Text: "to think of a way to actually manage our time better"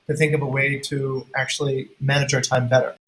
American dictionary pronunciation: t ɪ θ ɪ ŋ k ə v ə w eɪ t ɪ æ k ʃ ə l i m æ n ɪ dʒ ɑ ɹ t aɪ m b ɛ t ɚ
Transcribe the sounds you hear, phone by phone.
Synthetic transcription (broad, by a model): t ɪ θ ɪ ŋ k ə v ə w eɪ t ɪ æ k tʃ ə l i m æ n ɪ dʒ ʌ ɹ t aɪ m b ɛ t ɚ